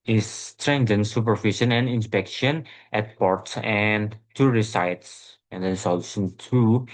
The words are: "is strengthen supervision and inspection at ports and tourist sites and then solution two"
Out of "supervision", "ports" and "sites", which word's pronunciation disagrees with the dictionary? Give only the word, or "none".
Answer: supervision